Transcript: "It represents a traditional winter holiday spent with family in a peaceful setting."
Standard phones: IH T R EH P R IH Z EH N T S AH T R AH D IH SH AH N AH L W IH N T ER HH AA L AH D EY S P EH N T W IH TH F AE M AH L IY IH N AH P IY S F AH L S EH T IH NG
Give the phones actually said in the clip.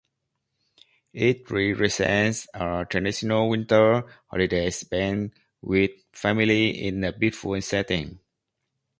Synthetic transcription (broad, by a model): IH T R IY R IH S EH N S AH T R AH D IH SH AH N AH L W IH N T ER HH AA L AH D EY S B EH N W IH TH F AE M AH L IY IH N AH B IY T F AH N S EH T IH NG